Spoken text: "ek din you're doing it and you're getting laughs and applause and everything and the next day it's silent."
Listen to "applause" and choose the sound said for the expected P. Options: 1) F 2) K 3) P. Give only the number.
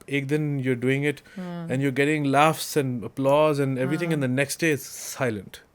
3